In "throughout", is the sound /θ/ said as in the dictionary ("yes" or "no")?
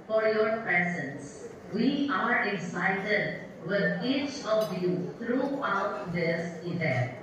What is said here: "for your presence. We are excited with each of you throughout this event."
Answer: no